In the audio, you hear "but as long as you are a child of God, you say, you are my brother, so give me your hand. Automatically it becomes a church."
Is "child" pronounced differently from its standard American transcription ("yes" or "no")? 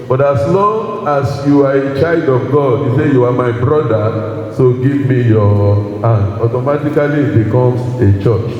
no